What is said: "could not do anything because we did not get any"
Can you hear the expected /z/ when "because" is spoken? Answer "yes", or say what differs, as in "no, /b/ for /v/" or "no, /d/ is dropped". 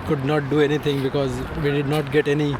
yes